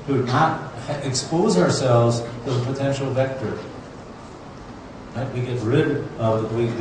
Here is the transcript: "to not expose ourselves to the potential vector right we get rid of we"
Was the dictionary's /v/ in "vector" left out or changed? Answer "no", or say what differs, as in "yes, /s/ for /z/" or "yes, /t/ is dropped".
no